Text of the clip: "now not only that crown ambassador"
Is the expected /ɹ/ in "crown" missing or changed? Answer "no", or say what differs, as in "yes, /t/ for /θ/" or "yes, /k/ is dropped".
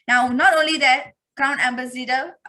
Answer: yes, /ɹ/ is dropped